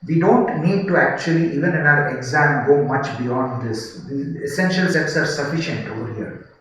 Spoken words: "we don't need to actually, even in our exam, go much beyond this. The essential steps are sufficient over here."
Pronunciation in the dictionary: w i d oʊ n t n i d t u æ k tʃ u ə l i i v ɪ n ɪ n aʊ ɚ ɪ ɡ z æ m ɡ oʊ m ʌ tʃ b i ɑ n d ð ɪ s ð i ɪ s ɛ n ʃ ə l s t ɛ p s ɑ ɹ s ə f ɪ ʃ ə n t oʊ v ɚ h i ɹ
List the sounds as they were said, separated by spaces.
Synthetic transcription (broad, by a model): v i d oʊ n t n i d t u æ k tʃ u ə l i i v ɪ n ɪ n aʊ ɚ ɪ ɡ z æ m ɡ oʊ m ʌ tʃ b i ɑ n d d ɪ s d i ɪ s ɛ n ʃ ə l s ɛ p s ɑ ɹ s ə f ɪ ʃ ə n t oʊ v ɚ h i ɹ